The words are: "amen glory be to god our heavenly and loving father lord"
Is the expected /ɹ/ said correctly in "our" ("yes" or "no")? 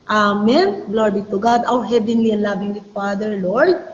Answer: no